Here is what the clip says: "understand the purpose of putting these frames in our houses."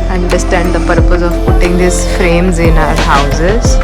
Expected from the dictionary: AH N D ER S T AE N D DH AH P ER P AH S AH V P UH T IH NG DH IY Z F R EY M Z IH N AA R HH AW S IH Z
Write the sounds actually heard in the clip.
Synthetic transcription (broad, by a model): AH N D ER S T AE N D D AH P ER P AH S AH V P UH T IH NG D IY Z F R EY M Z IH N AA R HH AW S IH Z